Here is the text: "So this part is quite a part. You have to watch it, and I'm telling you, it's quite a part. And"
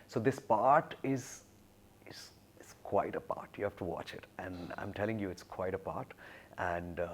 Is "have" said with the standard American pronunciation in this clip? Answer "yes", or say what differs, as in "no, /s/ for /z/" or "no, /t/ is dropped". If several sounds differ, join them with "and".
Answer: no, /f/ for /v/